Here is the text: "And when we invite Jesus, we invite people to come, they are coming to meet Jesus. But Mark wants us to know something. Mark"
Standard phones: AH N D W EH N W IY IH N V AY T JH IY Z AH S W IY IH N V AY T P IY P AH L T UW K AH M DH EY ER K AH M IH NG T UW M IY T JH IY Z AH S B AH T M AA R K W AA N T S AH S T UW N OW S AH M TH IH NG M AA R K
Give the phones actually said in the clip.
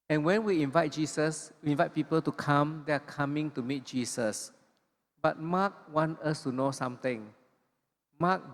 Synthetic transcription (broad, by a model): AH N W EH N W IY IH N V AY T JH IY S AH S W IY IH N V AY T P IY P AH L T UW K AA M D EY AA K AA M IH NG T UW M IY T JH IY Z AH S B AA T M AA K W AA N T AH S T UW N OW S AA M T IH NG M AA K